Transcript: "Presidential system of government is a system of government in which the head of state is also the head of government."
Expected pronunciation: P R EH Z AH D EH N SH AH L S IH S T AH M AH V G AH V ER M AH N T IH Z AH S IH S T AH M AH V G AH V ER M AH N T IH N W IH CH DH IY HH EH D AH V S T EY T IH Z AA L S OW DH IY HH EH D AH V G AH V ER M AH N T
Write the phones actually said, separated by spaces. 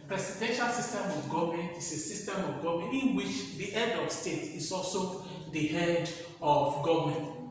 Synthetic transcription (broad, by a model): P R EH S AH D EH N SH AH L S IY S T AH M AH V G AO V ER M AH N T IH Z AH S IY S T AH M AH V G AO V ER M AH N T IH N W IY CH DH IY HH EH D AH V S T EY T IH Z AA L S OW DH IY HH EH D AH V G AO V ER M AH N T